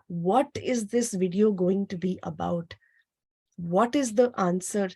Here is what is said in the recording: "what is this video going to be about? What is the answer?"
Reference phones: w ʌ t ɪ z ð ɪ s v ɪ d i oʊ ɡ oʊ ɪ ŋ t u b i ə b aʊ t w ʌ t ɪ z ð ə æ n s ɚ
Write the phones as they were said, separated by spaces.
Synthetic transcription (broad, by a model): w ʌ t ɪ z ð ɪ s v ɪ d i oʊ ɡ oʊ ɪ ŋ t u b i ə b aʊ t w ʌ t ɪ z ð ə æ n s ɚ